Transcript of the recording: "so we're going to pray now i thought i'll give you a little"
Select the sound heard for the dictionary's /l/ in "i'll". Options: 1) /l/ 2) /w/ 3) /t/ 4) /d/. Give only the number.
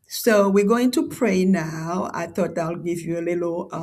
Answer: 1